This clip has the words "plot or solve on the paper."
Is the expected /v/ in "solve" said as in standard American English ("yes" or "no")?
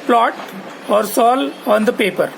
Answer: no